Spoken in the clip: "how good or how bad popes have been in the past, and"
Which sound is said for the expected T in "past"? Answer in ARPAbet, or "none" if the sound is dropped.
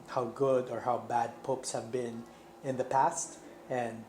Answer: T